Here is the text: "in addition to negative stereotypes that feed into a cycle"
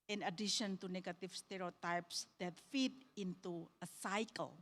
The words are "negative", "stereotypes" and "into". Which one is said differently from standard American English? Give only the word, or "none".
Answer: negative